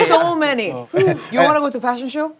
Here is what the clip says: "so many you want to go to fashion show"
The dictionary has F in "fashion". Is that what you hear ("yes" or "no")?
yes